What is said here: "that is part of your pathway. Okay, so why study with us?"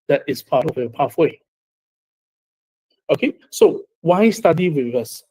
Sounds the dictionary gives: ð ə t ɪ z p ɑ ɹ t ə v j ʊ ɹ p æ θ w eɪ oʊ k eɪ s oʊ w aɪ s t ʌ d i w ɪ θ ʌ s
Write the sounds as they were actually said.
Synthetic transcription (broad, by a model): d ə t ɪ s p ɑ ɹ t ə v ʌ p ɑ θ w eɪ oʊ k eɪ s oʊ w aɪ s t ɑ d i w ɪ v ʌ s